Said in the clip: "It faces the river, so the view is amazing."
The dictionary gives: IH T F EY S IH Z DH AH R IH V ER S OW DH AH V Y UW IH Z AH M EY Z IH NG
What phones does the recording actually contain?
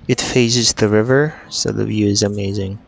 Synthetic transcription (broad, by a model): IH T F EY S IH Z DH AH R IH V ER S OW DH AH V Y UW IH Z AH M EY Z IH NG